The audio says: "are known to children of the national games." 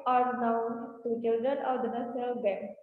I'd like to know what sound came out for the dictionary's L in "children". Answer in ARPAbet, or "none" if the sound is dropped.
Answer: L